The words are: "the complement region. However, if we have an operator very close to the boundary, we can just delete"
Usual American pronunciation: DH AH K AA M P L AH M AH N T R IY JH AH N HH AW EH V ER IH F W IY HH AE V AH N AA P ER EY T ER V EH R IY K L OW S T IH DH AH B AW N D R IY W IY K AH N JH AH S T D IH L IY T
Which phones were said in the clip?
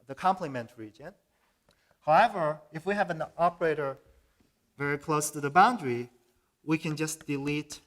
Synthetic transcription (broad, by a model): DH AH K AA M P L AH M AH N T R IY JH AH N HH AW EH V ER IH F W IY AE V AH N AA P ER EY T ER V EH R IY K L OW S T IH DH AH B AW N D R IY W IY K AH N JH AH S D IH L IY T